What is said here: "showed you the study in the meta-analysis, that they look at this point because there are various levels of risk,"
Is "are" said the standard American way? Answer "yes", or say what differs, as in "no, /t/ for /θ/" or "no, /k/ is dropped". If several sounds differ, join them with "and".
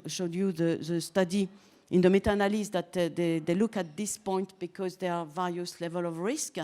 yes